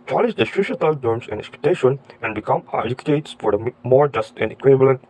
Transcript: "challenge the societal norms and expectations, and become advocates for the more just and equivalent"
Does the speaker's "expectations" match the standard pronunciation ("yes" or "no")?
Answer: no